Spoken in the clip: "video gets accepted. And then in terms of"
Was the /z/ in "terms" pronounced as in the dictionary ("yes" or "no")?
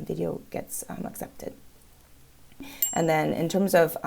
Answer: yes